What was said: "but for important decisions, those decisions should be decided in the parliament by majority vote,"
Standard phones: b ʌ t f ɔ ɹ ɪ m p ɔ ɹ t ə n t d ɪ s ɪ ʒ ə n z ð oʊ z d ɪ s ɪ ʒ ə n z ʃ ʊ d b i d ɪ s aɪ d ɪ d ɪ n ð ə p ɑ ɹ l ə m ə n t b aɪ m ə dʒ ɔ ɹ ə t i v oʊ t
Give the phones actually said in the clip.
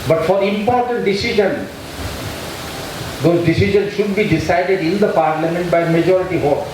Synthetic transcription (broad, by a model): b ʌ t f ɔ ɹ ɪ m p ɔ ɹ t ə n t d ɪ s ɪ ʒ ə n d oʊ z d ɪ s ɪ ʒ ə n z ʃ ʊ d b i d ɪ s aɪ d ɪ d ɪ n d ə p ɑ ɹ l ə m ə n t b aɪ m ə dʒ ɔ ɹ ə t i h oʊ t